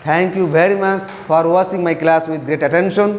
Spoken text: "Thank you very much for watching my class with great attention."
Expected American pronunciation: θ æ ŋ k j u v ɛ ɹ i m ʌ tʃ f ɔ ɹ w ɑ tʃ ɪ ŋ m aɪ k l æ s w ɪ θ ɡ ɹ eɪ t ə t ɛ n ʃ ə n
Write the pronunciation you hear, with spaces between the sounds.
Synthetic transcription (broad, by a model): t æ ŋ k j u v ɛ ɹ i m ʌ tʃ f ɔ ɹ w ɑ s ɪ ŋ m aɪ k l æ s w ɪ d ɡ ɹ eɪ t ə t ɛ n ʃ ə n